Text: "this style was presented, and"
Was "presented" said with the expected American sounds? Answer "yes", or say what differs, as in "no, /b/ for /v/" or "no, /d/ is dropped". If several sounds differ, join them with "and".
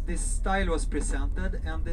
no, /s/ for /z/